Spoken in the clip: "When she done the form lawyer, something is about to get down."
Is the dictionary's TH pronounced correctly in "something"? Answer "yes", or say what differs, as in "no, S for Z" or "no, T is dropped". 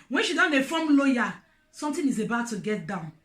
no, T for TH